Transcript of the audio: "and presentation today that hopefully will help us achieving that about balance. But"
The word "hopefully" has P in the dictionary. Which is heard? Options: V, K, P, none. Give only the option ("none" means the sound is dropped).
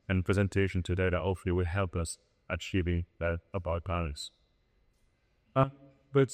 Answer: none